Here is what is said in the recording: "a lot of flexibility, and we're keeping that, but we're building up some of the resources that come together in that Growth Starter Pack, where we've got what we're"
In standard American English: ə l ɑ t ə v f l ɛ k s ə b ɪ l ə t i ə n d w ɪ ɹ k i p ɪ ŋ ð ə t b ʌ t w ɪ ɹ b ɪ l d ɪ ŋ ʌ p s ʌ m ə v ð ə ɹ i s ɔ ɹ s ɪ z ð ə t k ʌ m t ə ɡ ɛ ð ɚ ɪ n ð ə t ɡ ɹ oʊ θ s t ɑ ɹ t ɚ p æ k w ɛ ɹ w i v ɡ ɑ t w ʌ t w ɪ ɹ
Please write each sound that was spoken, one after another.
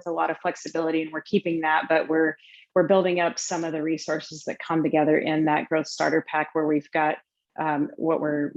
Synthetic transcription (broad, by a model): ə l ɑ t ə v f l ɛ k s ə b ɪ l ə t i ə n w ɪ ɹ k i p ɪ ŋ ð ə t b ʌ t w ɪ ɹ b ɪ l d ɪ ŋ ʌ p s ʌ m ə v ð ə ɹ i s ɔ ɹ s ɪ z ð ə t k ʌ m t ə ɡ ɛ ð ɚ ɪ n ð ə t ɡ ɹ oʊ θ s t ɑ ɹ t ɚ p æ k w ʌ ɹ w i v ɡ ɑ t w ʌ t w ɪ ɹ